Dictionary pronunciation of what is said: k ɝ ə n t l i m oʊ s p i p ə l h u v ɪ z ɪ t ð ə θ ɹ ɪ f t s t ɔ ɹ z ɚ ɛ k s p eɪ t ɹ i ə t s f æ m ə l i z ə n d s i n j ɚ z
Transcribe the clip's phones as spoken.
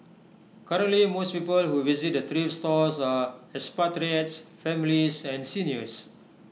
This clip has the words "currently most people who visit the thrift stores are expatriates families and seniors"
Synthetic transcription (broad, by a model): k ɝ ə n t l i m oʊ s p i p ə l h u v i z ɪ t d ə t ɹ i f s t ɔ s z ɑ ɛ s p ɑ t ɹ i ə t s f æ m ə l i s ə n s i n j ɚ s